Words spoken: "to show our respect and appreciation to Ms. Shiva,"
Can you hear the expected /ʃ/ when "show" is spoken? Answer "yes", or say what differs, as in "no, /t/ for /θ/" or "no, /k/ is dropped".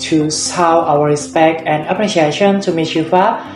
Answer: no, /s/ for /ʃ/